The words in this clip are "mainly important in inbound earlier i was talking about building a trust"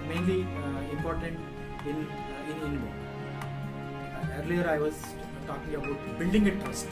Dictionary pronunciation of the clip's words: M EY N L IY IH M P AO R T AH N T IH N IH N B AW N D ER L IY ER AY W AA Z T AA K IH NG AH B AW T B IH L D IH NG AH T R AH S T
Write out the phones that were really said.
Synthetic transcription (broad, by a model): M EY N L IY IH M P AO R T AH N T IH N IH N IH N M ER L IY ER AY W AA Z T AA K IH NG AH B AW T B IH L D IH NG AH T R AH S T